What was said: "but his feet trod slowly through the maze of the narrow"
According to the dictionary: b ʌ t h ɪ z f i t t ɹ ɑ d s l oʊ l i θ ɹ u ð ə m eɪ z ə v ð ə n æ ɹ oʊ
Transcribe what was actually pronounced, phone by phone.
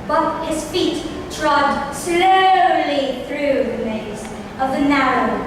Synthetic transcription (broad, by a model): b ʌ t h ɪ z f i t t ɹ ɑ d s l oʊ l i θ ɹ u ð ə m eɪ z ə v ð ə n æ ɹ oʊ